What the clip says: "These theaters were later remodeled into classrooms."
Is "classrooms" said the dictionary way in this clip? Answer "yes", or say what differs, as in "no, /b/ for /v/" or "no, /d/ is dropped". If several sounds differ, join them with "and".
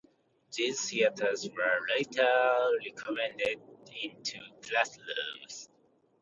no, /l/ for /ɹ/